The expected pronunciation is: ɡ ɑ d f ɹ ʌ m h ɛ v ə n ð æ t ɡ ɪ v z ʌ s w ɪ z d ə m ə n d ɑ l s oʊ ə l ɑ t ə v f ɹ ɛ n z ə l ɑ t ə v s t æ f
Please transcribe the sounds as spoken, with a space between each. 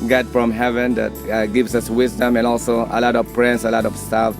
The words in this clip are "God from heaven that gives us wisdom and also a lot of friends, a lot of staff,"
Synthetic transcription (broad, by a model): ɡ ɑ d f ɹ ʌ m h ɛ v ə n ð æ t ɡ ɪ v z ʌ s w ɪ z d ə m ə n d ɑ l s oʊ ə l ɑ t ə v p ɹ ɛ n s ə l ɑ t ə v s t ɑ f